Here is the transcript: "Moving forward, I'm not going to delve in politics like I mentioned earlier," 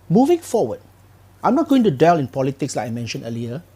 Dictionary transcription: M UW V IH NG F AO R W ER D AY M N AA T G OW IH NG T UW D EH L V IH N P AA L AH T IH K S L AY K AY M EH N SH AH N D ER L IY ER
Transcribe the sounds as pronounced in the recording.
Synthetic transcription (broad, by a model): M UW V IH NG F AO W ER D AY M N AA T G OW IH NG T UW D EH L IH N P AA L AH T IH K S L AY K AY M EH N SH AH N D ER L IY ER